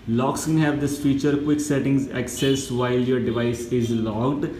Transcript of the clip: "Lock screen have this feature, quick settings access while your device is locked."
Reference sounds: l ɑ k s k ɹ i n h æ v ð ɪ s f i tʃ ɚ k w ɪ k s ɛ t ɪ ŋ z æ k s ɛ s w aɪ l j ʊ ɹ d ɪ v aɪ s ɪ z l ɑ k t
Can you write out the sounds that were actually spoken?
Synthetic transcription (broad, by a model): l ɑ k s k ɛ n h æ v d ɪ s f i tʃ ɚ k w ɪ k s ɛ t ɪ ŋ z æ k s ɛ s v aɪ l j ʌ ɹ d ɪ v aɪ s ɪ z l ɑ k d